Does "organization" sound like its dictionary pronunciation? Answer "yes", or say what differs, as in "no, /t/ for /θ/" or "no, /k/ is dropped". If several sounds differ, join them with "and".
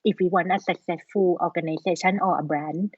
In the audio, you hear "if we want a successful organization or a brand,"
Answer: no, /s/ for /z/